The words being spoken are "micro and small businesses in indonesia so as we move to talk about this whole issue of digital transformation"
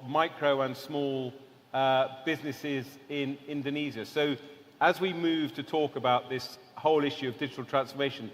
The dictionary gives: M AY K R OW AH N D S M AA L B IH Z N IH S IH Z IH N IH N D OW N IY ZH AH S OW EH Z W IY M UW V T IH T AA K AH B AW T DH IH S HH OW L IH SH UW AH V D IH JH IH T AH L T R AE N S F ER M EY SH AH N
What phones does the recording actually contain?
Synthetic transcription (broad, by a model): M AY K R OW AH N S M AA L B IH Z N IH S IH Z IH N IH N D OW N IY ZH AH S OW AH Z W IY M UW V T IH T AA K AH B AW T DH IH S HH OW L IH SH UW AH V D IH JH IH T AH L T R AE N S F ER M EY SH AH N